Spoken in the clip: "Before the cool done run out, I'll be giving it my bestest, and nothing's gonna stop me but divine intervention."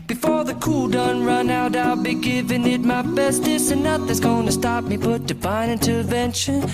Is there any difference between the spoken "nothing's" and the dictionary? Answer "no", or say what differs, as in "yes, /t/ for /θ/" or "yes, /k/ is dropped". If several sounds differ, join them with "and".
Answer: yes, /ŋ/ is dropped